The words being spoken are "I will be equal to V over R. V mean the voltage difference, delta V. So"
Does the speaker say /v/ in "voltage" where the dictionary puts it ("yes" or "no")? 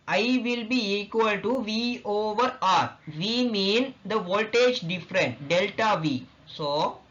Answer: yes